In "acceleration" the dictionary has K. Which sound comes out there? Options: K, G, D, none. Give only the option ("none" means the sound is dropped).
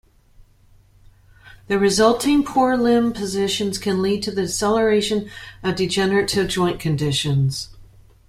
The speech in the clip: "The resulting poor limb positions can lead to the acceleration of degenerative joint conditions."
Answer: none